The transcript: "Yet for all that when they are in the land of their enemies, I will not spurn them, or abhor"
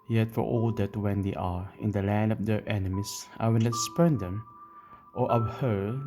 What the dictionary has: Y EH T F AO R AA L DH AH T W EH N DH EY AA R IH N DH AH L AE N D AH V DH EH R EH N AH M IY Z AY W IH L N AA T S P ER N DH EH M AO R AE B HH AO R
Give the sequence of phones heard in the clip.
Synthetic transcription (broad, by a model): Y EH T F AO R AA L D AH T W EH N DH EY AA R IH N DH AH L AE N D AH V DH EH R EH N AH M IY S AY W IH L N AA T S P ER N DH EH M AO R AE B HH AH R